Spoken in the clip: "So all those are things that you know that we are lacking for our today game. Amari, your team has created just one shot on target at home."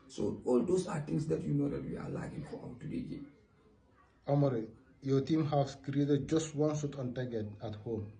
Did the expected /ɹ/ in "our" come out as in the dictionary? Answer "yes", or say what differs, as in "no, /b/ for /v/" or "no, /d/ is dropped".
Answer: no, /w/ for /ɹ/